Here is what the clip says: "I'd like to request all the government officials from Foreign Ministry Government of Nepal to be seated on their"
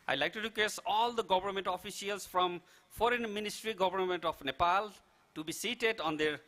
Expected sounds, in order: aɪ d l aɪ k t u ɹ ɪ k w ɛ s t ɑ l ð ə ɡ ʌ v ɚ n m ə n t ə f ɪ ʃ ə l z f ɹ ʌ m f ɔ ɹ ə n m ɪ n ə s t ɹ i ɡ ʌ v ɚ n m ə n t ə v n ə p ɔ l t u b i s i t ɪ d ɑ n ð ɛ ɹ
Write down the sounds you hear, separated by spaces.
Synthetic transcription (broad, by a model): aɪ l aɪ k t u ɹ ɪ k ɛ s ɑ l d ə ɡ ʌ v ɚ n m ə n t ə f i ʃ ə l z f ɹ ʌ m f ɔ ɹ ə n m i n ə s t ɹ i ɡ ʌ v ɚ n m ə n t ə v n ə p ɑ l t u b i s i t ɪ d ɑ n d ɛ ɹ